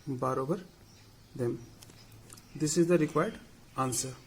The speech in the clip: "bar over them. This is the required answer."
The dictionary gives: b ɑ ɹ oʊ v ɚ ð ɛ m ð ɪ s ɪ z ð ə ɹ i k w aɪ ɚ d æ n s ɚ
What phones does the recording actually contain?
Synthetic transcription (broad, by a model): b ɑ ɹ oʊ b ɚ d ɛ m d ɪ s ɪ z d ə ɹ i k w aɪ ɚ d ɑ n s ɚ